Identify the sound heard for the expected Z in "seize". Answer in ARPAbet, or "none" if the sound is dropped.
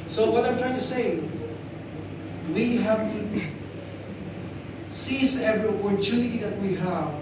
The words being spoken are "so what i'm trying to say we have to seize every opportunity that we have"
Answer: S